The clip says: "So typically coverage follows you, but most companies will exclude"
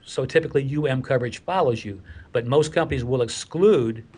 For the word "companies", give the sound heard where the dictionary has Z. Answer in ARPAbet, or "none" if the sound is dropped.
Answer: Z